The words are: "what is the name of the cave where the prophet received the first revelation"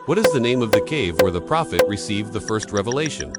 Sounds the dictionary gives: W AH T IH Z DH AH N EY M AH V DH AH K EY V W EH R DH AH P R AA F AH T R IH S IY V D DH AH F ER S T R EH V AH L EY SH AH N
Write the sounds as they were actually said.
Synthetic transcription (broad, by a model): W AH T IH Z DH AH N EY M AH V DH AH K EY V W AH R DH AH P R AA F AH T R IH S IY V DH AH F ER S T R EH V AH L EY SH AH N